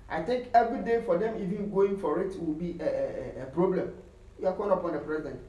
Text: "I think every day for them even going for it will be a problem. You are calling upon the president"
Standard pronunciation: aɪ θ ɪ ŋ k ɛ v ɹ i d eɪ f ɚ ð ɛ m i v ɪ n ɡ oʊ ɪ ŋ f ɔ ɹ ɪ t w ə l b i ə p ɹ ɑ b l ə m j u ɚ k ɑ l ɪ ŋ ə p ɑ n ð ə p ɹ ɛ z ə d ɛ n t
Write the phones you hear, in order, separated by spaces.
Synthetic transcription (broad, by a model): aɪ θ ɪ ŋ k ɛ v ɹ i d eɪ f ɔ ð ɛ m i v ɪ n ɡ oʊ ɪ ŋ f ɔ ɹ ɪ t w ə l b i ə p ɹ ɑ b l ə m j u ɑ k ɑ n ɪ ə p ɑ n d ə p ɹ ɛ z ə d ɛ n t